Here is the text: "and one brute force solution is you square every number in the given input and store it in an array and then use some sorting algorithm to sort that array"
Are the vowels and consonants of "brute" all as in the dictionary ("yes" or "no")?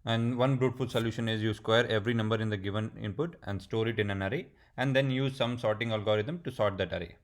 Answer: yes